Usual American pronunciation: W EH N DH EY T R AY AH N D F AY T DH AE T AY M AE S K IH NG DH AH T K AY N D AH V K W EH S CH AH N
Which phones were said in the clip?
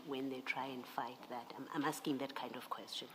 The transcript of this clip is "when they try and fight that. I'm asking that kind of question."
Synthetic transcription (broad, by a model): W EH N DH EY T R AY AH N D F AY T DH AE T AY M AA S K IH NG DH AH T K AY N D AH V K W EH S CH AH N